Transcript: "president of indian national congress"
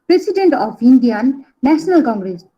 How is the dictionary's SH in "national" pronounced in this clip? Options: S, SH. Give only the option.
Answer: S